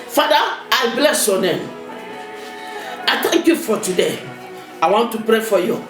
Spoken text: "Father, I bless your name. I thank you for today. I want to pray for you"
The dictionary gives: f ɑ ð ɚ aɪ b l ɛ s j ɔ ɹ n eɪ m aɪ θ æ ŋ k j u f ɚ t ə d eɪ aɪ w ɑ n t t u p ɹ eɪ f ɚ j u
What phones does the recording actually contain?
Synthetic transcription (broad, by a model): f ɑ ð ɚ aɪ b l ɛ s j ɔ n eɪ m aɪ t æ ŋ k j u f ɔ t ə d eɪ aɪ w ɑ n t t u p ɹ eɪ f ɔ j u